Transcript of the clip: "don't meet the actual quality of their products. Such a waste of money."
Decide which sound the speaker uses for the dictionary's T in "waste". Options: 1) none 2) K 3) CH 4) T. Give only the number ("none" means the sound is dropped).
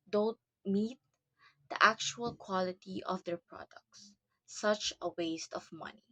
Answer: 4